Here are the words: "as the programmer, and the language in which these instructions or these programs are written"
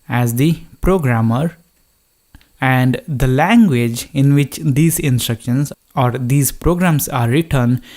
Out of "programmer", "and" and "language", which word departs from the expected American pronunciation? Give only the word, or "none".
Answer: none